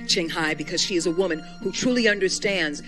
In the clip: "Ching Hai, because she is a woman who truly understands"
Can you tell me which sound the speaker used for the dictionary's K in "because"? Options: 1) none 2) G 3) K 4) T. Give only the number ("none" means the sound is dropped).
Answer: 3